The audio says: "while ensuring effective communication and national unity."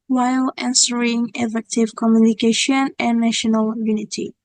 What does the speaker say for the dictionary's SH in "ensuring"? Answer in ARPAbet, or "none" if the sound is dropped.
S